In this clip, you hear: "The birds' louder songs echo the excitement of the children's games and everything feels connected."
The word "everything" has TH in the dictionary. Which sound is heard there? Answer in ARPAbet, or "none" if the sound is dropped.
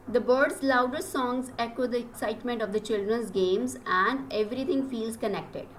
T